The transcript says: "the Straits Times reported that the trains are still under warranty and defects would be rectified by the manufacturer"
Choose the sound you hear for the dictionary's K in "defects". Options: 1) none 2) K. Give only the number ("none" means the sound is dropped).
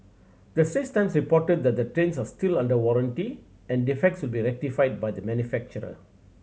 2